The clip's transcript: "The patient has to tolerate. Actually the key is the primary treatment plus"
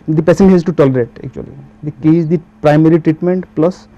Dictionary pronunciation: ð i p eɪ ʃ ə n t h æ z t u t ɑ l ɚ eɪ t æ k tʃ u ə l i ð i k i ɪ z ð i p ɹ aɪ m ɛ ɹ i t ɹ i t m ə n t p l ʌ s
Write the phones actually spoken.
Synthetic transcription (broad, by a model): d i p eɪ s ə n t h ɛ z t u t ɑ l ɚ eɪ t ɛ k tʃ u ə l i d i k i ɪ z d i p ɹ aɪ m ɛ ɹ i t ɹ i t m ə n t p l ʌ s